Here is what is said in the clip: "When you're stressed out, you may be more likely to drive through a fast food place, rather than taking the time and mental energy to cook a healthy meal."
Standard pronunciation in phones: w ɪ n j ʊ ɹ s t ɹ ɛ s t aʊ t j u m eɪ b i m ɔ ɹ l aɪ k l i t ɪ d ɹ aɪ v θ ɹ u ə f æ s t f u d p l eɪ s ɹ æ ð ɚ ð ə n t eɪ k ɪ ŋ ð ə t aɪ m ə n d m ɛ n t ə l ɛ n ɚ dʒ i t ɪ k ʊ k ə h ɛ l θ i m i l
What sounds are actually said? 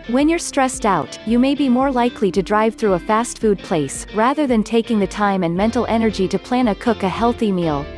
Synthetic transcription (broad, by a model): w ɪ n j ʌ ɹ s t ɹ ɛ s t aʊ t j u m eɪ b i m ɔ ɹ l aɪ k l i t ɪ d ɹ aɪ v θ ɹ u ə f æ s t f u d p l eɪ s ɹ æ ð ɚ ð ə n t eɪ k ɪ ŋ ð ə t aɪ m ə n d m ɛ n t l ɛ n ɚ dʒ i t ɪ k ʊ k ə h ɛ l θ i m i l